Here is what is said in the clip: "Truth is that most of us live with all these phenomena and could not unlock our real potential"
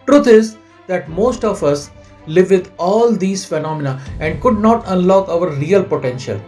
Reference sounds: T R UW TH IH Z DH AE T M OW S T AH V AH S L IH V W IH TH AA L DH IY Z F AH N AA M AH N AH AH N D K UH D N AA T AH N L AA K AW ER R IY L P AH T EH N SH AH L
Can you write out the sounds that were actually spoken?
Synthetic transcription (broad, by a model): T R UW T IH Z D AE T M OW S T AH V AH S L IH V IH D AA L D IY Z F AH N AA M AH N AH AH N D K UH D N AA T AH N L AA K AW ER R IY L P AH T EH N SH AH L